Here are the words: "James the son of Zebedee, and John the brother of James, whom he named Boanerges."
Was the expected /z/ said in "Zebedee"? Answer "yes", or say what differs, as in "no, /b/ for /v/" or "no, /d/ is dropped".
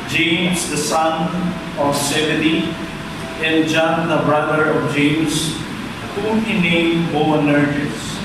no, /s/ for /z/